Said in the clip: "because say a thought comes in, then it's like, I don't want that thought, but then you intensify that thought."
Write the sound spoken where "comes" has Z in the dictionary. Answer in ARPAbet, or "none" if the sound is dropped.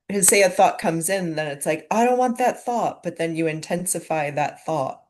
Z